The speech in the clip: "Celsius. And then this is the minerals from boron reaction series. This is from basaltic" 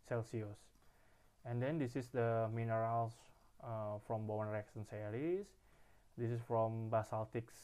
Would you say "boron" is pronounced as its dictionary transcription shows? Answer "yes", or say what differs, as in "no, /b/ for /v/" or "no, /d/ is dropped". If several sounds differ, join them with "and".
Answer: no, /ɹ/ is dropped